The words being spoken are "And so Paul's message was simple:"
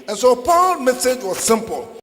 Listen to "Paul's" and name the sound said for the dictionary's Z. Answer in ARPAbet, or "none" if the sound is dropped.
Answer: none